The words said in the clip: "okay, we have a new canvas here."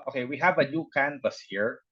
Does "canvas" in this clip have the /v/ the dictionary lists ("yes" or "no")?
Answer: no